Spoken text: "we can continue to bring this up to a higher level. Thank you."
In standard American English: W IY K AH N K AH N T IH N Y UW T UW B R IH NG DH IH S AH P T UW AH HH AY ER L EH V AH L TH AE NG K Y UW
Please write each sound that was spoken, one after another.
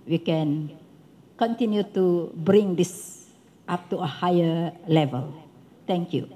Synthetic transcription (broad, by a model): W IY K AH N K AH N T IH N Y UW T UW B R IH NG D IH S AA P T UW AH HH AY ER L EH V AH L T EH NG K Y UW